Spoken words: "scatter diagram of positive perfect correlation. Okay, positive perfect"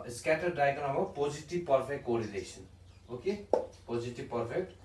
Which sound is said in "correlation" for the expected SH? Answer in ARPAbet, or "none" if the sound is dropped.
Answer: S